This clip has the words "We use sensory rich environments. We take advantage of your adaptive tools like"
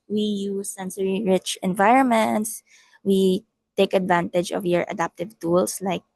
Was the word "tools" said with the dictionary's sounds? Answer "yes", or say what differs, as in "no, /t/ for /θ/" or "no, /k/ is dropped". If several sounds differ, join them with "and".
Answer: no, /s/ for /z/